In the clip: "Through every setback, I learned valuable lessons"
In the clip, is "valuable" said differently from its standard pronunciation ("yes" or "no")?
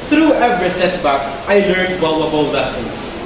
yes